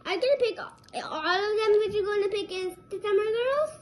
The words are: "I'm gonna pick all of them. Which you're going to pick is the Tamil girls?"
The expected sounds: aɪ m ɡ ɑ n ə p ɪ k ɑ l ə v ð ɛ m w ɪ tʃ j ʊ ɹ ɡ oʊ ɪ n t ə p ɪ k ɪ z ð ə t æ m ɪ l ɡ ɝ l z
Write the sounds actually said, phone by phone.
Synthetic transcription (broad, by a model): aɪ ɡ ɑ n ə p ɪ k ɑ l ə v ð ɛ m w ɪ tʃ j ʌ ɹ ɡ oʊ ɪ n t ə p ɪ k ɪ z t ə s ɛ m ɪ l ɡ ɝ l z